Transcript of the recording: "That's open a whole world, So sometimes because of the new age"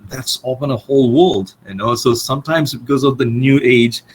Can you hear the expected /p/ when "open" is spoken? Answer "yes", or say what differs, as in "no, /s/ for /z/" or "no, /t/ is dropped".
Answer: no, /f/ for /p/